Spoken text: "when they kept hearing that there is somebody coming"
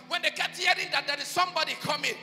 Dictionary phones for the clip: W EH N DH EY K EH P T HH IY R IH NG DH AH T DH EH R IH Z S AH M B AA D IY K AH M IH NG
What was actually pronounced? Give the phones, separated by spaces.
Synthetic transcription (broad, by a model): W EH N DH EY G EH T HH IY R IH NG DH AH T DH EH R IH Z S AH M B AA D IY K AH M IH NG